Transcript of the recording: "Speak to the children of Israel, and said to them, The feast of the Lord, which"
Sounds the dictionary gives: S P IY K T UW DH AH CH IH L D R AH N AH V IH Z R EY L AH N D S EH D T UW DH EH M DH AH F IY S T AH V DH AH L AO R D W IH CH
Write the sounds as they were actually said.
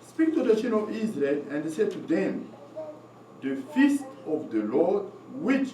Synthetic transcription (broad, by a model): S P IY K T UW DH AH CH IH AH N AH V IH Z R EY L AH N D S EH D T UW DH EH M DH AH F IY S T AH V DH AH L AO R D W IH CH